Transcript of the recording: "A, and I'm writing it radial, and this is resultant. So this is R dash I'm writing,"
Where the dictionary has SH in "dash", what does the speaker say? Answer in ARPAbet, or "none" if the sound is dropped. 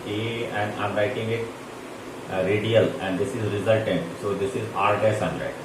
S